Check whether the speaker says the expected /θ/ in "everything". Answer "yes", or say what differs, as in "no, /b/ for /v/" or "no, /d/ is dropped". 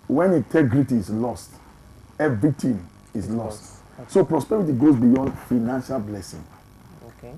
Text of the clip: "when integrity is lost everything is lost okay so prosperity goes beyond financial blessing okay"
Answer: no, /t/ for /θ/